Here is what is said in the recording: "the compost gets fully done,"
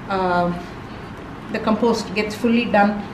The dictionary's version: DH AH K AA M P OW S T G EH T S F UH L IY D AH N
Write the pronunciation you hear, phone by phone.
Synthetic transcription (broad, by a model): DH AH K AA M P OW S T G EH T S F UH L IY D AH N